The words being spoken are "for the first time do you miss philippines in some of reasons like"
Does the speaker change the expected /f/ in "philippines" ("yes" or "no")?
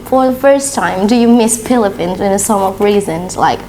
yes